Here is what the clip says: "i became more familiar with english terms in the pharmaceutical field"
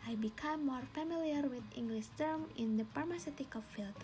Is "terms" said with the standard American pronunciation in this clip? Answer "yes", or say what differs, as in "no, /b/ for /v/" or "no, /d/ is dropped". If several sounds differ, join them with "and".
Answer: no, /z/ is dropped